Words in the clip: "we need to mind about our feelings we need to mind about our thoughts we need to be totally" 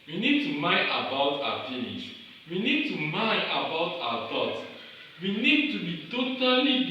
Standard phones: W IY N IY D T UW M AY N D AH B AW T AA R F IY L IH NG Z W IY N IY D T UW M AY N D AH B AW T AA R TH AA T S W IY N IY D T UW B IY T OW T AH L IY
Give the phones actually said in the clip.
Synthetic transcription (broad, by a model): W IY N IY D T UW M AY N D AH B AW T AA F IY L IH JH W IY N IY D T UW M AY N AH B AW T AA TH AA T W IY N IY D T UW B IY T OW T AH L IY